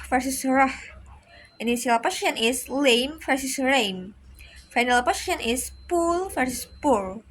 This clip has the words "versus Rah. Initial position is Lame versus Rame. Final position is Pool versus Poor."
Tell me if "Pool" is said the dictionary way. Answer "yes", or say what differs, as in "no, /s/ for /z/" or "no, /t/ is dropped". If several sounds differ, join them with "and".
yes